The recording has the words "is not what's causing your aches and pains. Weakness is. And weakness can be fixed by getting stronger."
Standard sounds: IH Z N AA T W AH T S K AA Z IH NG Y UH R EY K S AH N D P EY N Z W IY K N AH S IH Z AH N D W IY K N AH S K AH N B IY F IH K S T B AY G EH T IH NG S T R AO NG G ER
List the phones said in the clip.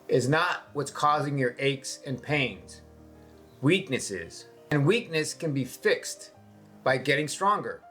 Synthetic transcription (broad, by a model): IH Z N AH T W AH T S K AA Z IH NG Y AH R EY K S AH N P EY N Z W IY K N AH S IH Z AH N W IY K N AH S K AH N B IY F IH K S T B AY G EH T IH NG S T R AO NG G ER